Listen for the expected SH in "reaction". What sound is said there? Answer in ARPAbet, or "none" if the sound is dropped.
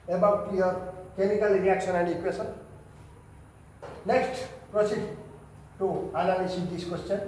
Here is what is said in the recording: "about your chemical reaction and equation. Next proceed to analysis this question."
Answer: S